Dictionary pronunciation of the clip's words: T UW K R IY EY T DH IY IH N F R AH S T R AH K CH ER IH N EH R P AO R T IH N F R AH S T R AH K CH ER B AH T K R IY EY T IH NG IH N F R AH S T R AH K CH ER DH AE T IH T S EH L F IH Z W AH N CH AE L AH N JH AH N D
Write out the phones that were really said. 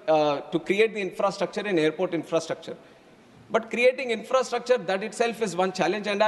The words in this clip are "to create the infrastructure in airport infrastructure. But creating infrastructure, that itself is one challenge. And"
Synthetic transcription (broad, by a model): T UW K R IY EY T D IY IH N F R AH S T R AH K CH ER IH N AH R P AO R T IH N F R AH S T R AH K CH ER B AH T K R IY EY T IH NG IH N F R AH S T R AH K CH ER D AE T IH T S EH L F IH Z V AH N CH AE L AH N JH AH N D